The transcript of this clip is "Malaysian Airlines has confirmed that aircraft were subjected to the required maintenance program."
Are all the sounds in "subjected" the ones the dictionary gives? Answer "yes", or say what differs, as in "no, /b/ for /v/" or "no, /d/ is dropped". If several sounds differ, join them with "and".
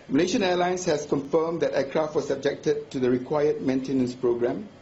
yes